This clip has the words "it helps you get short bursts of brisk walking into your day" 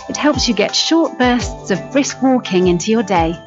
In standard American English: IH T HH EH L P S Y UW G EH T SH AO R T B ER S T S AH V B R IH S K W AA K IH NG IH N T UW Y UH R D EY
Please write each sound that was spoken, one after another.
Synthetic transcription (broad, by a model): IH T HH EH L P S Y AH G EH T SH AO T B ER S T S AH V B R IH S K W AA K IH NG IH N T UW Y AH D EY